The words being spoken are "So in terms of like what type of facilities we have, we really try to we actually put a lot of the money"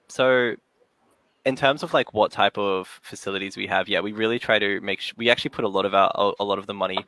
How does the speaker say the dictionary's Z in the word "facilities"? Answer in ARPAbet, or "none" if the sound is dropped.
Z